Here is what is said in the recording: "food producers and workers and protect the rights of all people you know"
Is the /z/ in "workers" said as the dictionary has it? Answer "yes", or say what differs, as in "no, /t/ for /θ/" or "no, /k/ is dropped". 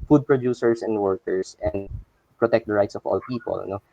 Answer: no, /s/ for /z/